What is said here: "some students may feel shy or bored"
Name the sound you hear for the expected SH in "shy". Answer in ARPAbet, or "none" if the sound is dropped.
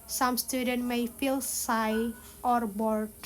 S